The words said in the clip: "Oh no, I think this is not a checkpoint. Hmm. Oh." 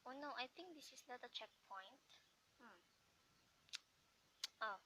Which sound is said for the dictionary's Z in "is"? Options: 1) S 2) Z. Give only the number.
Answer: 1